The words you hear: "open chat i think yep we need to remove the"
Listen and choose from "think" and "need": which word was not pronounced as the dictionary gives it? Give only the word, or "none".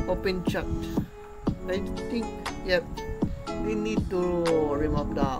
think